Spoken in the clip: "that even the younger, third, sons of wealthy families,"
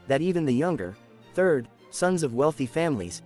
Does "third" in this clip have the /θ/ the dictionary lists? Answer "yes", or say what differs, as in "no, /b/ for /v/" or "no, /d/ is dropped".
yes